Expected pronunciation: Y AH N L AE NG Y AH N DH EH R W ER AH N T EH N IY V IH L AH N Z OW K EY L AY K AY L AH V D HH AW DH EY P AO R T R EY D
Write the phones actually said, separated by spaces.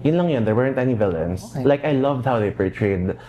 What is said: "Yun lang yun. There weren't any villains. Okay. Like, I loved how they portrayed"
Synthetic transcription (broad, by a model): Y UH N L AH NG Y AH N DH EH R W ER AH N T EH N IY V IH L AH N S L AY K AY L AH V D HH AW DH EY P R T R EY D